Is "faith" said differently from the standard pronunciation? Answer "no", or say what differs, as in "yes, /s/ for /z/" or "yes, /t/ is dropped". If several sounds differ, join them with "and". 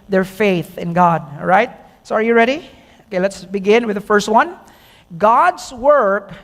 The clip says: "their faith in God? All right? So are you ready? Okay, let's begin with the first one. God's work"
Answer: no